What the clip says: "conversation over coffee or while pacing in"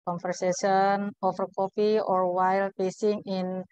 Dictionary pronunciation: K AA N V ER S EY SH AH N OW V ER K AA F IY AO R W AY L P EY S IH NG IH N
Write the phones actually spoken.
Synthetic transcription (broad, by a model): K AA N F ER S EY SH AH N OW F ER K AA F IY AO R W AY L P EY S IH NG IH N